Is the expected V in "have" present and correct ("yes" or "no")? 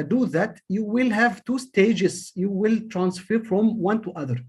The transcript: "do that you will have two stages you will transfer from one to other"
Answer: yes